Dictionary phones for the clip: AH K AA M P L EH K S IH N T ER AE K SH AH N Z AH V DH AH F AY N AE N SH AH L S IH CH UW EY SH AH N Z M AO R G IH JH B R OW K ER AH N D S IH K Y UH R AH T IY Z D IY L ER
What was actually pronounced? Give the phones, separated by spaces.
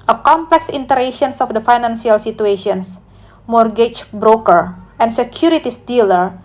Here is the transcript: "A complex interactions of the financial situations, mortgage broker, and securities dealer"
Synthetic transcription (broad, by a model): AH K AA M P L EH K S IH N T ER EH SH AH N S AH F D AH F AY N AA N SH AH L S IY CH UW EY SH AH N S M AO R G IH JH B R OW K ER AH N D S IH K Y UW R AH T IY S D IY L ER